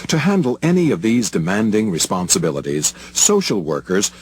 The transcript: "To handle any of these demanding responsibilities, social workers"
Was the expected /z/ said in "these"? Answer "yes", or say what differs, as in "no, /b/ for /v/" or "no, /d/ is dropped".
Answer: yes